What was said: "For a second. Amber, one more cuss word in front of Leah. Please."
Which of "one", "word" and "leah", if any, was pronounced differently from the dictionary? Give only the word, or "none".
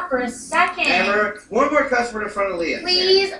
word